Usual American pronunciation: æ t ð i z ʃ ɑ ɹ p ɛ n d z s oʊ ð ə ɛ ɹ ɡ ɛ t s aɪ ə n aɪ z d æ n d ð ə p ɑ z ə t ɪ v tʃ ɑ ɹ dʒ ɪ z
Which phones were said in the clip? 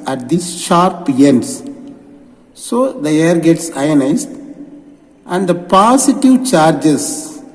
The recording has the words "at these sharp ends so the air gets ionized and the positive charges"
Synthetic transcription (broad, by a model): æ t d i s ʃ ɑ ɹ p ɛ n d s s oʊ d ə ɛ ɹ ɡ ɛ t s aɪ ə n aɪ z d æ n d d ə p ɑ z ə t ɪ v tʃ ɑ ɹ dʒ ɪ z